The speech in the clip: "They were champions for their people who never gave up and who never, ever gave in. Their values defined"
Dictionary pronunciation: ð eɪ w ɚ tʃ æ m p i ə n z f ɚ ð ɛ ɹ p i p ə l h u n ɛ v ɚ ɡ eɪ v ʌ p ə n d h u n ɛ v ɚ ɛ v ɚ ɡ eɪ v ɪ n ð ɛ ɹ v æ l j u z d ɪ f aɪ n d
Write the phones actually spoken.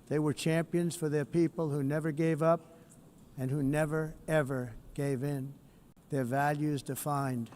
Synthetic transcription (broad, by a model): ð eɪ w ɚ tʃ æ m p i ə n z f ɚ ð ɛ ɹ p i p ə l h u n ɛ v ɚ ɡ eɪ v ʌ p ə n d h u n ɛ v ɚ ɛ v ɚ ɡ eɪ v ɪ n ð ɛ ɹ v æ l j u z d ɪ f aɪ n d